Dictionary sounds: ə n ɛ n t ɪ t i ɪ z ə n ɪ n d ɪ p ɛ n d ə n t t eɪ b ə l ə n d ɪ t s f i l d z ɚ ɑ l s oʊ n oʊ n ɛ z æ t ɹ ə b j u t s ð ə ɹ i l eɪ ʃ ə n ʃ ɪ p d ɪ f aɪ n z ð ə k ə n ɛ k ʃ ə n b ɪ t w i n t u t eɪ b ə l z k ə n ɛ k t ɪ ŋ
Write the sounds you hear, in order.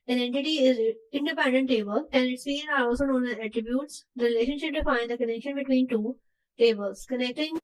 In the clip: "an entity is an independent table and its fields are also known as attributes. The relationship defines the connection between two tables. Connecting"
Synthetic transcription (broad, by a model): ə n ɛ n t ɪ t i ɪ z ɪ n d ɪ p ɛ n d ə n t t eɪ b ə l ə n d ɪ t s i d ɑ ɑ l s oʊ n oʊ n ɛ æ t ɹ ə b j u t s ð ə ɹ i l eɪ ʃ ə n ʃ ɪ p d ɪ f aɪ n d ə k ə n ɛ k ʃ ə n b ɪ t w i n t u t eɪ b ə l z k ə n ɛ k t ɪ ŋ